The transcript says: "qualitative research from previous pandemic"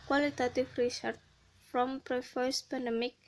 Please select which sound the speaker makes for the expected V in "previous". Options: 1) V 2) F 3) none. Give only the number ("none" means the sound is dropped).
2